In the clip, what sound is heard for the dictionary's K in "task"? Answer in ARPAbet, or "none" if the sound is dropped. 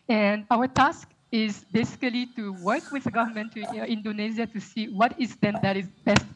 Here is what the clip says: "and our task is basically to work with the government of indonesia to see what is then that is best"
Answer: K